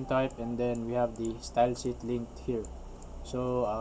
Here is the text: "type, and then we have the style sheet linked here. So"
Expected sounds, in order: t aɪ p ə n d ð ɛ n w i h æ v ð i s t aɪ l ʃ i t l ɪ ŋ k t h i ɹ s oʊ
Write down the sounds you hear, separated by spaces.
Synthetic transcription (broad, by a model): t aɪ p ə n d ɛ n w i h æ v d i s t aɪ l s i t l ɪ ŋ k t h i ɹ s oʊ